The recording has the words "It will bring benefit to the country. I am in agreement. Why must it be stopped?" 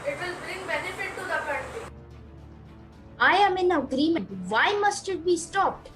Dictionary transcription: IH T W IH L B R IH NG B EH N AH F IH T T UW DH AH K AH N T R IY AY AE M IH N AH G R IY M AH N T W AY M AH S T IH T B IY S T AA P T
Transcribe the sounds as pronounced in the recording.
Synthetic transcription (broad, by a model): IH T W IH L B R IH NG B EH N AH F IH T T UW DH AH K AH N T IY AY AE M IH N AH G R IY M AH N T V AY M AH S T IH T B IY S T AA P T